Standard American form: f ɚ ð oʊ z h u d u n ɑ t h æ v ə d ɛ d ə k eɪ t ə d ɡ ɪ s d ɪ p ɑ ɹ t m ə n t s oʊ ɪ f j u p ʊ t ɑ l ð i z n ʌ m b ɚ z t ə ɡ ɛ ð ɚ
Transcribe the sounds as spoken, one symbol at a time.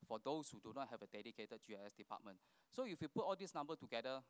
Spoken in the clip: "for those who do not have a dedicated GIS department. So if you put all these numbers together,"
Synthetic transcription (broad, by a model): f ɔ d oʊ s h u d u n ɑ t h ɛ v ə d ɛ d ə k eɪ t ə d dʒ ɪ s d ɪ p ɑ t m ə n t s oʊ ɪ f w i p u t ɑ l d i s n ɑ m b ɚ t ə ɡ ɛ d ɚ